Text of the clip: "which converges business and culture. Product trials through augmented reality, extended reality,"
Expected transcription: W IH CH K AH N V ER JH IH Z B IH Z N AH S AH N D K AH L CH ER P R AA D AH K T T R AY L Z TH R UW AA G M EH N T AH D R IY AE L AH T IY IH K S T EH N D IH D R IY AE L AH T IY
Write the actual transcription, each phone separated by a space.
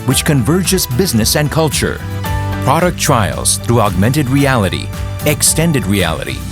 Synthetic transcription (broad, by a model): W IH CH K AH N V ER JH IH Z B IH Z N AH S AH N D K AH L CH ER P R AA D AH K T T R AY L Z TH R UW AA G M EH N T AH D R IY AE L AH T IY IH K S T EH N D IH D R IY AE L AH T IY